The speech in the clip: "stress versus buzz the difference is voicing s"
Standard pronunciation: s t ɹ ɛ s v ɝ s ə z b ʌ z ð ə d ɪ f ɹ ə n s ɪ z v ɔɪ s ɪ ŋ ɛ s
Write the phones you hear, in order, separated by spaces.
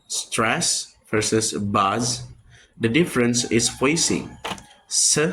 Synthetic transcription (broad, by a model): s t ɹ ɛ s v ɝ s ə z b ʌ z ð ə d ɪ f ɹ ə n s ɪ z f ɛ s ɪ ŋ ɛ